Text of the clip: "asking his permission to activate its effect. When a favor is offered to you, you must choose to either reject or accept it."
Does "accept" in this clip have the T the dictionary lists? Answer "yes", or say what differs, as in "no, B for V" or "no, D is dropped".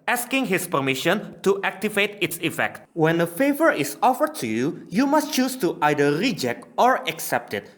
yes